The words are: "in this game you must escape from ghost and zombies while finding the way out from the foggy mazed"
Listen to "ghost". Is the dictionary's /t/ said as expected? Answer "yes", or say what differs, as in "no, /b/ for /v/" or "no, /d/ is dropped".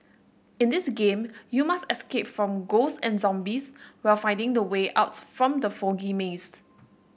no, /t/ is dropped